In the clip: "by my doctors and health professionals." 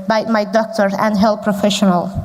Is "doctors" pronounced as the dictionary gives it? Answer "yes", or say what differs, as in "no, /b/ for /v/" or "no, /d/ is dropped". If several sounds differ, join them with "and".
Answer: no, /z/ is dropped